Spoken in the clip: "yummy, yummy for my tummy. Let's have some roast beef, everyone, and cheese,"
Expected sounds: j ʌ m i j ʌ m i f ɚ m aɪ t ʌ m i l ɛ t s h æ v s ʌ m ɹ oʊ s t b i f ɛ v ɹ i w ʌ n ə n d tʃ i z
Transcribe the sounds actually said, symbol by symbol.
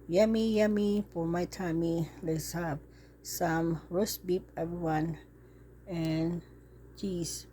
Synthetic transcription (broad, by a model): j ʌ m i j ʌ m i p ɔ m aɪ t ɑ m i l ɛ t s h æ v s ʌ m ɹ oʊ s b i p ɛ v ɹ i w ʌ n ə n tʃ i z